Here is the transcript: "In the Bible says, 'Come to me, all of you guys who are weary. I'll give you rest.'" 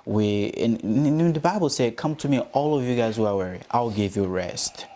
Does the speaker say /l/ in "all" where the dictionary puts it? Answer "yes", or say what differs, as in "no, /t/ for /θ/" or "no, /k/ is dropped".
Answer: yes